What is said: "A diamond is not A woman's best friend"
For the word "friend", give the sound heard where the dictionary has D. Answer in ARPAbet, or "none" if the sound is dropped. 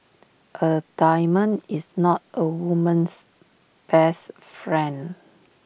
none